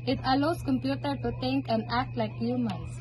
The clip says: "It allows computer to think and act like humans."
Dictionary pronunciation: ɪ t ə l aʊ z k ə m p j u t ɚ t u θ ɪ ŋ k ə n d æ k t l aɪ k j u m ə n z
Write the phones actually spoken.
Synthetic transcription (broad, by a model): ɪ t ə l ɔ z k ə m p j u t ɚ t u t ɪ ŋ k ə n d æ k t l aɪ k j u m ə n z